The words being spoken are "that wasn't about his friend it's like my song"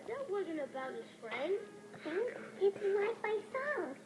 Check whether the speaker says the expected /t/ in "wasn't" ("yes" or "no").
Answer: yes